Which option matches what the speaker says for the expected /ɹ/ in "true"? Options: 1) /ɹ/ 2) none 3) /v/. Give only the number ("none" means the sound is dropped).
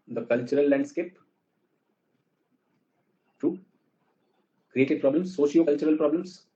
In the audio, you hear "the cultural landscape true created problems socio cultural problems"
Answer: 2